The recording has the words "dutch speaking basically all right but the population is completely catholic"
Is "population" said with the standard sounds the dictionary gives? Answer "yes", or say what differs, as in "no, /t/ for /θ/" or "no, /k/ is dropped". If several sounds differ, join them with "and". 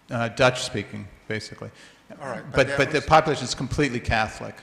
yes